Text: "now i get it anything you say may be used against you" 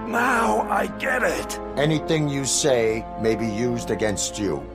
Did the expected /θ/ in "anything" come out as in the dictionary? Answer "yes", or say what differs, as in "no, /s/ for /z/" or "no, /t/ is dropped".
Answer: yes